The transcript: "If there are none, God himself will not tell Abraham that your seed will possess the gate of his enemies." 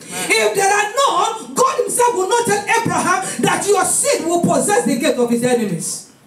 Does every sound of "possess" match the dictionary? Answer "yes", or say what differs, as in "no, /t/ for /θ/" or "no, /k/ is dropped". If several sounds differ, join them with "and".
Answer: yes